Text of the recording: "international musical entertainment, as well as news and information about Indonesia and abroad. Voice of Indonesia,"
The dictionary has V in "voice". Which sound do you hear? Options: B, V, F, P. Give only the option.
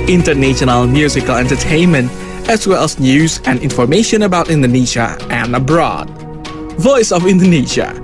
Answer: V